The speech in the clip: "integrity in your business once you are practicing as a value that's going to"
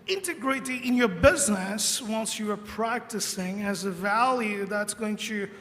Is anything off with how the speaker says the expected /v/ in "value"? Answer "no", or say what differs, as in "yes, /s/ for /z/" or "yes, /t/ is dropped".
no